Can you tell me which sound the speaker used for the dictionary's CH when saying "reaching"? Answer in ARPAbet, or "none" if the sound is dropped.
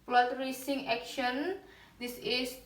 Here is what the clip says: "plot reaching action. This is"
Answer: S